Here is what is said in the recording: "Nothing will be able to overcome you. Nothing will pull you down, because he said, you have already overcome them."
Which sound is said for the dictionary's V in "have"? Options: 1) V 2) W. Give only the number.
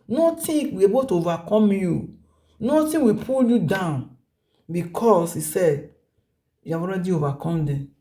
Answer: 2